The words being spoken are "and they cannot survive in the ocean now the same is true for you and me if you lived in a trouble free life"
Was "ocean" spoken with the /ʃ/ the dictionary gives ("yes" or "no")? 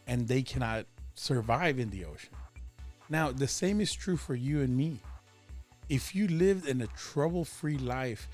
no